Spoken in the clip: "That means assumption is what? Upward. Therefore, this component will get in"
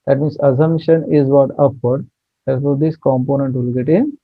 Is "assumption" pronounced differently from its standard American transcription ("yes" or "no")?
yes